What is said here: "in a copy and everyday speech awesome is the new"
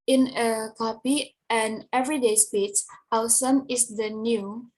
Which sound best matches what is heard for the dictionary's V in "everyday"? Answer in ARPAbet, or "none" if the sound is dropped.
V